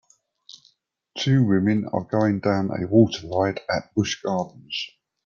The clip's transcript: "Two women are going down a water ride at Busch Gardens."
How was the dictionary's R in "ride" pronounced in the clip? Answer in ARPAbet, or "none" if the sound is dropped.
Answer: L